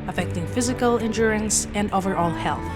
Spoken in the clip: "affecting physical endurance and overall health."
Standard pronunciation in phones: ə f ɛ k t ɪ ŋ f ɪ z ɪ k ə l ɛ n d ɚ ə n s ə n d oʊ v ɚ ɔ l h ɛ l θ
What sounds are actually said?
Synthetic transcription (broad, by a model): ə f ɛ k t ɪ ŋ f ɪ z ɪ k ə l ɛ n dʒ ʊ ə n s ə n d oʊ v ɚ ɔ l h ɛ l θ